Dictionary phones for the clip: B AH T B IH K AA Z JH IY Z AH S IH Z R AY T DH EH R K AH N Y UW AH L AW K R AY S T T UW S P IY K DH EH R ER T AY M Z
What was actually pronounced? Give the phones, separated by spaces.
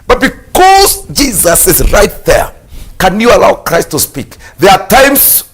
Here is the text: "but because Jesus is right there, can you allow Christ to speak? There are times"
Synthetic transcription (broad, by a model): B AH T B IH K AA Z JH IY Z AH S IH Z R AY T DH EH R K AH N Y UW AH L AW K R AY S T T UW S P IY K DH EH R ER T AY M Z